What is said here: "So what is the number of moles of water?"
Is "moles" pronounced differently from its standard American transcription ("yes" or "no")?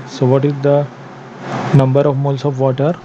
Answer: yes